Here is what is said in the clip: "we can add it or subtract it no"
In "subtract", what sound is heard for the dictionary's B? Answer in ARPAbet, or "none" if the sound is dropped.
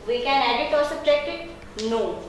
none